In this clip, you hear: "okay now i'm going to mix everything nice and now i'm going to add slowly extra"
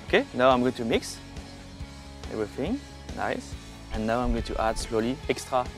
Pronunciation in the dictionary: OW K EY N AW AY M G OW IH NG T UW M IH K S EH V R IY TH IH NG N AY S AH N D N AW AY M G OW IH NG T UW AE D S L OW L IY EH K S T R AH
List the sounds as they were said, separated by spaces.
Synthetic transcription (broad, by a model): OW K EY N AW AY M G OW IH NG T UW M IH K S EH V R IY TH IH NG N AY S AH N N AW AY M G OW IH NG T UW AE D S L OW L IY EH K S T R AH